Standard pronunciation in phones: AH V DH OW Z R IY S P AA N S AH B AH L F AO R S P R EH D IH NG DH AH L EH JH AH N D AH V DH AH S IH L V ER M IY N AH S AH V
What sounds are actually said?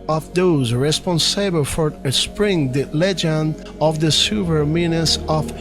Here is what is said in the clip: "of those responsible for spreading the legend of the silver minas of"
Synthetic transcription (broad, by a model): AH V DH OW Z R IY S P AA N S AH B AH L F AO R S P R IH NG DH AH L EH JH AH N D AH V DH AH S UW V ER M IY N AH S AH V